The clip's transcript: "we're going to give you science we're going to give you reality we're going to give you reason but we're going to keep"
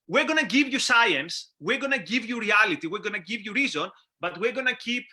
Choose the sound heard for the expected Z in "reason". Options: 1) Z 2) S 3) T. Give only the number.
1